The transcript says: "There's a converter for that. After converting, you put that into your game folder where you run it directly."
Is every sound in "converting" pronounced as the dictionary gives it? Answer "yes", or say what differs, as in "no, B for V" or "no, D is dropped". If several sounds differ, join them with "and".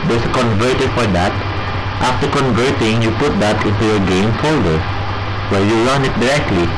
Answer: yes